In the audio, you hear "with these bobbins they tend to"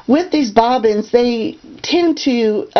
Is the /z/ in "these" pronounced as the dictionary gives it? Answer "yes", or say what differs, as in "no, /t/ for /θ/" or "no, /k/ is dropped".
yes